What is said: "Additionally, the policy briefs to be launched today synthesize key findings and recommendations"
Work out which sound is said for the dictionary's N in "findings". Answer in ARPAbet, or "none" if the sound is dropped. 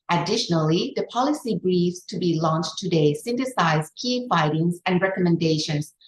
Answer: none